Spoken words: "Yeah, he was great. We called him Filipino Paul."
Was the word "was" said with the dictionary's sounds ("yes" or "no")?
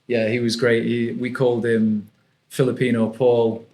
yes